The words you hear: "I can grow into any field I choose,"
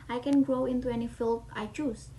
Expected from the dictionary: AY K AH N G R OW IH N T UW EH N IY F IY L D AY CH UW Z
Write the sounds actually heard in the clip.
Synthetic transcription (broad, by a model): AY K AH N G R OW IH N T UW EH N IY F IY L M AY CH UW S